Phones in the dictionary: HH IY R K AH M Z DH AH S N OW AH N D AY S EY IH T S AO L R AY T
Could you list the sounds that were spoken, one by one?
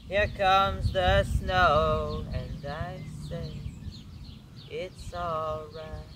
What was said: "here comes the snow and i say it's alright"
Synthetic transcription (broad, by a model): HH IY R K AH M Z DH AH S N OW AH N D AY S EY IH T S AO L R AY T